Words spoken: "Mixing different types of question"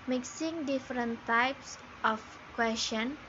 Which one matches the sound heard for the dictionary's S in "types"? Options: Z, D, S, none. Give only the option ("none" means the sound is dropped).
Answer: S